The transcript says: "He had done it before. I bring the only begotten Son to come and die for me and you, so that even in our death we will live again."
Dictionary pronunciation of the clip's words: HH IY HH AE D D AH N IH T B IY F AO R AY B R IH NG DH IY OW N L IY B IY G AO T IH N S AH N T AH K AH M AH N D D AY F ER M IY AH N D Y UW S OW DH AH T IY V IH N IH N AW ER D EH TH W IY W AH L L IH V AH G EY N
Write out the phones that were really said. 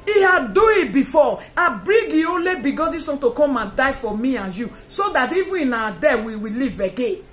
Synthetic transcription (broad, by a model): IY HH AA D D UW IH T B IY F AO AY B R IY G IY OW N L IY B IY G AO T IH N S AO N T AH K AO M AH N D D AY F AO M IY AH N Y UW S OW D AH T IY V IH IH N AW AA D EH W IY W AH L L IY V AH G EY N